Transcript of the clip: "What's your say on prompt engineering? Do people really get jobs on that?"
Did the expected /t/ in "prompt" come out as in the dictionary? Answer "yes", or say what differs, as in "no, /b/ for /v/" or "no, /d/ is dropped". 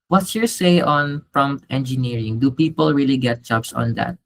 yes